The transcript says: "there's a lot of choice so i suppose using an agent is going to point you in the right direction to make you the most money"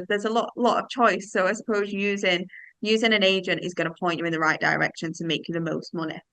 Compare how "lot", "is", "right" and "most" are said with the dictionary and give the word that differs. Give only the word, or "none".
none